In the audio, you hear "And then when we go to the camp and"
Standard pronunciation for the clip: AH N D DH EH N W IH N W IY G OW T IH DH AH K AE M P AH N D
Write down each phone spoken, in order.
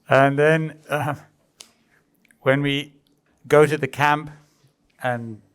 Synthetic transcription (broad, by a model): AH N DH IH N W IH N W IY G OW T IH DH AH K AE M P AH N